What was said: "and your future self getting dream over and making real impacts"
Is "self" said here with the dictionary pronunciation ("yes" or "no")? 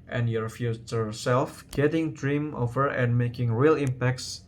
yes